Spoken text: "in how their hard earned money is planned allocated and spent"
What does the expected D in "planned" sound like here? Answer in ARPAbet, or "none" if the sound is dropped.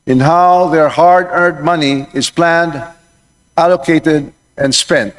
D